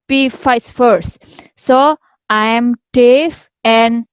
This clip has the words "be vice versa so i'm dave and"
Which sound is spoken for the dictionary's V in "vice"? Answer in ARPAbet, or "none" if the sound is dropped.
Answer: F